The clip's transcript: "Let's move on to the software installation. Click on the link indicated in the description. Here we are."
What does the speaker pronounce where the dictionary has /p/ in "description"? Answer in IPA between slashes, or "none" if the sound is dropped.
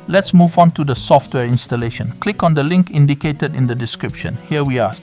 /p/